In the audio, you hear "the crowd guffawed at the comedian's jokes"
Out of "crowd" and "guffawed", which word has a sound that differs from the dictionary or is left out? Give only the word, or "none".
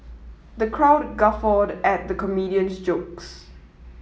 none